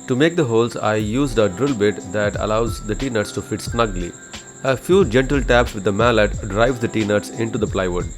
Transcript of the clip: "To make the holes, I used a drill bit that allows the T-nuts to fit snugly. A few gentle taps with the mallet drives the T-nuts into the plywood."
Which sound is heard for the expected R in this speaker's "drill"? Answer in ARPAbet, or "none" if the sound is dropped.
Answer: R